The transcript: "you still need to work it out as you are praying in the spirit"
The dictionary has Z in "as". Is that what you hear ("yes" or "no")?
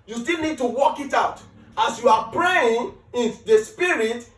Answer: no